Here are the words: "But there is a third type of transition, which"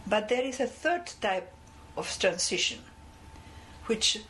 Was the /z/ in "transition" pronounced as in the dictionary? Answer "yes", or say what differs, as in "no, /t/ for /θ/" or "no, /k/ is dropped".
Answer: no, /s/ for /z/